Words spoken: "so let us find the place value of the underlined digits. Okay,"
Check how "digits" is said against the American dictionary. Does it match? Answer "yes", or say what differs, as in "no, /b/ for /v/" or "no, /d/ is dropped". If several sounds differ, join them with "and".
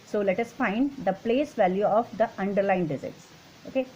no, /z/ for /dʒ/